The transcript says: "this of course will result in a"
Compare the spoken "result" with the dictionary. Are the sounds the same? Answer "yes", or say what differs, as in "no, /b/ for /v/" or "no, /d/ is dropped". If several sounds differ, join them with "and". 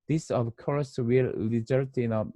no, /l/ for /ɹ/